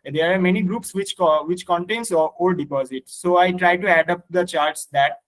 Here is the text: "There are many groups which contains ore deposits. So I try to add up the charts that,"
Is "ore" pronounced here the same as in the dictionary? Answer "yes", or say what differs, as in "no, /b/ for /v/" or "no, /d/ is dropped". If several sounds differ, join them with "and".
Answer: no, /l/ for /ɹ/